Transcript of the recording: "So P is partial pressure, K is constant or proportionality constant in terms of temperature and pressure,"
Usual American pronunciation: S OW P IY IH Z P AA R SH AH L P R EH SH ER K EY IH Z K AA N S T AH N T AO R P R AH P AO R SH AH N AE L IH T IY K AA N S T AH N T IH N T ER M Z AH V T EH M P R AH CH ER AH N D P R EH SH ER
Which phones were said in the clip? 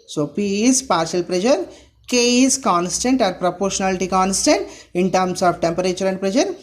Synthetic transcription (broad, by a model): S OW P IY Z P AA R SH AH L P R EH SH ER K EY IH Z K AA N S T AH N T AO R P R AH P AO R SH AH N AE L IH T IY K AA N S T AH N T IH N T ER M S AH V T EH M P R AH CH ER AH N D P R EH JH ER